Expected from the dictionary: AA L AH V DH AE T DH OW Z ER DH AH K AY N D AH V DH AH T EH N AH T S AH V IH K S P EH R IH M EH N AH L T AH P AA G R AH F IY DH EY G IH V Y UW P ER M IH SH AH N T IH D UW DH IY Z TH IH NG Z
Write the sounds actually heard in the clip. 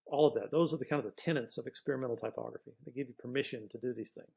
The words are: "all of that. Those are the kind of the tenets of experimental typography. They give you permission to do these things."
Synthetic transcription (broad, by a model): AA L AH V DH AE T DH OW Z ER DH AH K AY N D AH DH AH T EH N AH T S AH V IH K S P EH R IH M EH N L T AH P AA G R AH F IY DH EY G IH V Y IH P ER M IH SH AH N T IH D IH DH IY Z TH IH NG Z